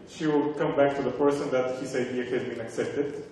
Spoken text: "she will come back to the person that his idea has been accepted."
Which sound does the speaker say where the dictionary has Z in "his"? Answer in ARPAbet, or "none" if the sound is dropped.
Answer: S